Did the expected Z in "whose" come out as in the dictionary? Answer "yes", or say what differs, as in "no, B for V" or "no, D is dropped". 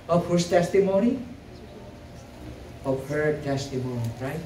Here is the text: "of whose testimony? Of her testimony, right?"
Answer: no, S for Z